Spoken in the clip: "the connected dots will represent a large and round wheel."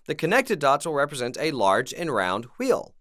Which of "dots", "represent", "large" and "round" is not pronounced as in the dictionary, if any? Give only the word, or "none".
none